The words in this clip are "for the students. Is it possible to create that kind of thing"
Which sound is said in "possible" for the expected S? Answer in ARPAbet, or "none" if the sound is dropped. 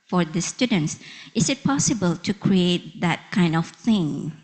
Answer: S